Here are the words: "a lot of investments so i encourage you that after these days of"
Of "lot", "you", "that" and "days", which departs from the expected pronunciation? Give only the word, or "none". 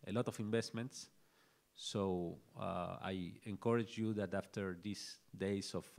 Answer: days